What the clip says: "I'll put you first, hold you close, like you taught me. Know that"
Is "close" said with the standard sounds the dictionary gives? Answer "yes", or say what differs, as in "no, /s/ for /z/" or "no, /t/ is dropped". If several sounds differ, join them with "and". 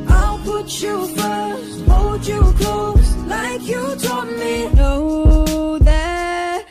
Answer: no, /l/ is dropped